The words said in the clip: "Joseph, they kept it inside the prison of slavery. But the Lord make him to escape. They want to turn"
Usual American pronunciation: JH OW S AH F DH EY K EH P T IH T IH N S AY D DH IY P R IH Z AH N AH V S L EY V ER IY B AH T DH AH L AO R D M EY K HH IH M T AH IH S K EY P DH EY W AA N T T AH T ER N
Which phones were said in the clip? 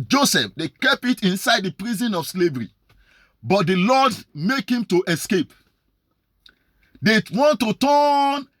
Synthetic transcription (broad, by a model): JH OW S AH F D EY K EH P IH T IH N S AY D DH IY P R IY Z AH N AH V S L EY V ER IY B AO T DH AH L AO D M EY K HH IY M T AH IH S K EY P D EY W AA N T T AH T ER N